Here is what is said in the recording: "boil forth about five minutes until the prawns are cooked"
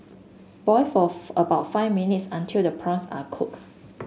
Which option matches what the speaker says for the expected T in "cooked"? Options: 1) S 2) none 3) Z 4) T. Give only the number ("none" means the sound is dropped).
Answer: 2